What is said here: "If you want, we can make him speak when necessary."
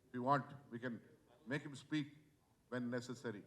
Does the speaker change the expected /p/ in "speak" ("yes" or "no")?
no